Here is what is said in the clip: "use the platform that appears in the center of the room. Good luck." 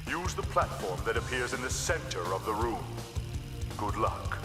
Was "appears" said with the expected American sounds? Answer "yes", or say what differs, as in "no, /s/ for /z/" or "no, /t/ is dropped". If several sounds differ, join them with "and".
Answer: yes